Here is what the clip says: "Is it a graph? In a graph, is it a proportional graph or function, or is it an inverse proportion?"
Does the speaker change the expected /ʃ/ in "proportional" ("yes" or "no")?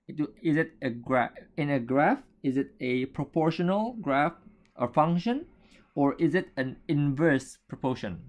no